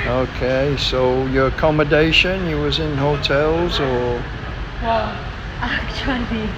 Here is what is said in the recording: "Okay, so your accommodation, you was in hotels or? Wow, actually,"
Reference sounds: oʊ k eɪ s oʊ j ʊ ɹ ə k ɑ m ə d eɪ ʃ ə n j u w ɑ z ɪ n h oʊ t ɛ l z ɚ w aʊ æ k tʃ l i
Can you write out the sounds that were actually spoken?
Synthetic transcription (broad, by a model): oʊ k eɪ s oʊ j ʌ ɹ ə k ɑ m ə d eɪ ʃ ə n j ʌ w ɑ z ɪ n h oʊ t ɛ l z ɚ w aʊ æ k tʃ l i